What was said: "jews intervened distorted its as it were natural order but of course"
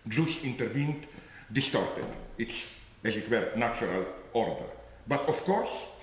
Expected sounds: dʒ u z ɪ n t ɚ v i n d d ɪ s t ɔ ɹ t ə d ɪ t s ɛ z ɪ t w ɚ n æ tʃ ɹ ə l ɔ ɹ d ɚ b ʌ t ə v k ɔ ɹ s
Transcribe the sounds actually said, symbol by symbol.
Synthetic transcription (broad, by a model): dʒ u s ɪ n t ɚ v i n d d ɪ s t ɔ ɹ t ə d ɪ t s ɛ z ɪ t w ɚ n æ tʃ ɹ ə l ɔ ɹ d ɚ b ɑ t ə f k ɔ ɹ s